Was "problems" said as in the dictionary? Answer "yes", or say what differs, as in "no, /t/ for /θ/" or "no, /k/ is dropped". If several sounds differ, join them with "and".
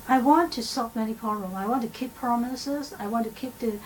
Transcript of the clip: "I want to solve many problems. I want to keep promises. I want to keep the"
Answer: no, /z/ is dropped